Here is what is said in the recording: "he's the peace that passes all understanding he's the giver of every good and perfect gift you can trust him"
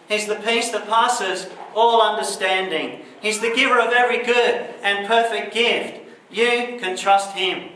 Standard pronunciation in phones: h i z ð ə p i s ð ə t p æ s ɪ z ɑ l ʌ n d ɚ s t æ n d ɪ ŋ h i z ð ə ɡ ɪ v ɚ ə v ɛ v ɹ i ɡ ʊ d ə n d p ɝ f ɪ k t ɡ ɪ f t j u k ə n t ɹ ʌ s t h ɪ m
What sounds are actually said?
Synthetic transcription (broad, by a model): h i z ð ə p i s ð ə t p æ s ɪ z ɑ l ʌ n d ɚ s t æ n d ɪ ŋ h i z ð ə ɡ ɪ v ɚ ə v ɛ v ɹ i ɡ ʊ d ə n p ɝ f ɪ k t ɡ ɪ f t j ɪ k ə n t ɹ ʌ s t h ɪ m